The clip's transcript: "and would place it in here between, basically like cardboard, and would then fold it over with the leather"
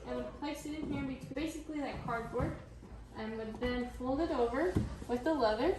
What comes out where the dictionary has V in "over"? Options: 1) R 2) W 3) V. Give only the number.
3